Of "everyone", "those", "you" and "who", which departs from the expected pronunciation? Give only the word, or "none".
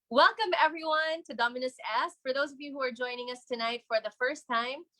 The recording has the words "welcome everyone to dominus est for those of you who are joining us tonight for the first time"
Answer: none